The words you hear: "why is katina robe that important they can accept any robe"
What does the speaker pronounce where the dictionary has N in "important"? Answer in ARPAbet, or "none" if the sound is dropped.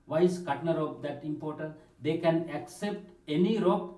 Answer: none